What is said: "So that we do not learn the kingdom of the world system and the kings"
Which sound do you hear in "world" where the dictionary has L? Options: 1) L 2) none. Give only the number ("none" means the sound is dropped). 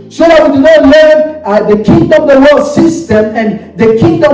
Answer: 2